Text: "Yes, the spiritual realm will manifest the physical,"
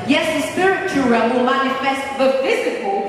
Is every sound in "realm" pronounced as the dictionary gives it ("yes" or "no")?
no